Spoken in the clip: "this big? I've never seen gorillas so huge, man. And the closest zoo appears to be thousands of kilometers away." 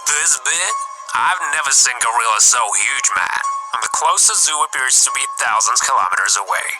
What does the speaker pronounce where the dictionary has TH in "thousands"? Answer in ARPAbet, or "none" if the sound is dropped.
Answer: TH